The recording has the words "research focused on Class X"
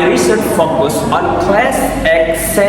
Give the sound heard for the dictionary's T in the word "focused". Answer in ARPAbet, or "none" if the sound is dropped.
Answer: none